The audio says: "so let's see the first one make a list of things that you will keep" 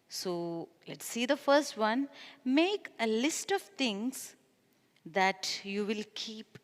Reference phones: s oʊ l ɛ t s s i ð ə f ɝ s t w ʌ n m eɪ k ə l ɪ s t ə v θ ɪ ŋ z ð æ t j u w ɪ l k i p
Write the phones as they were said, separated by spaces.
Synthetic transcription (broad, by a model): s oʊ l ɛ t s s i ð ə f ɝ s t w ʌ n m eɪ k ə l ɪ s t ə v t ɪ ŋ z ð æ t j u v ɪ l k i p